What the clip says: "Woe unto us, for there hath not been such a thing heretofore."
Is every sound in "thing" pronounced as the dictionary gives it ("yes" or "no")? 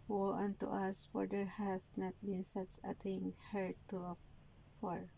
no